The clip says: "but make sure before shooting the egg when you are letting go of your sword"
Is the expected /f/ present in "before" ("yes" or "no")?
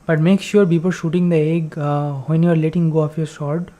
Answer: no